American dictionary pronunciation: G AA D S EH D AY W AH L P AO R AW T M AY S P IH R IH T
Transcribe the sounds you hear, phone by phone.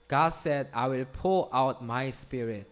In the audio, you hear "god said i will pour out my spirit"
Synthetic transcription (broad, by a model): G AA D S EH D AY W AH L P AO L AW T M AY S P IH R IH T